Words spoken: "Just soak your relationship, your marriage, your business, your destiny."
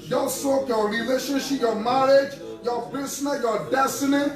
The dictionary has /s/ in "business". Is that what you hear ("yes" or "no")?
no